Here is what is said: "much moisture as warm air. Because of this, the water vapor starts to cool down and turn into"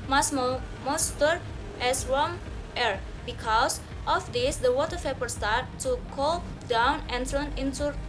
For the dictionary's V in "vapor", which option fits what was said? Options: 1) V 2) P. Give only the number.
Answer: 2